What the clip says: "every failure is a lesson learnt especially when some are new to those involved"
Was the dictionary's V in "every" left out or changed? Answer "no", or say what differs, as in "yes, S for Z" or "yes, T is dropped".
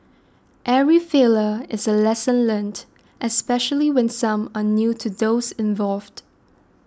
yes, V is dropped